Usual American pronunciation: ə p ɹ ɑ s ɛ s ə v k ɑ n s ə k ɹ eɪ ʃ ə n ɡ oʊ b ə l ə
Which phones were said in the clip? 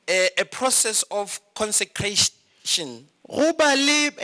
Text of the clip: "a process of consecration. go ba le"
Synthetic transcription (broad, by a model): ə p ɹ ɑ s ɛ s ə f k ɑ n s ə k ɹ eɪ ʃ ə n ɡ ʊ b ə l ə